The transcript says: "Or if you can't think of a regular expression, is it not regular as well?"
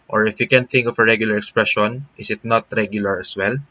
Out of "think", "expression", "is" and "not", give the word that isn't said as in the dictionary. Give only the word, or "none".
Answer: is